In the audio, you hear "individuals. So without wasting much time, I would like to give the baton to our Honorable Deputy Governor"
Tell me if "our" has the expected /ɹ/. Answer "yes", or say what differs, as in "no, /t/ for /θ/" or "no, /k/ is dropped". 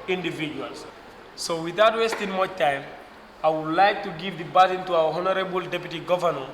no, /w/ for /ɹ/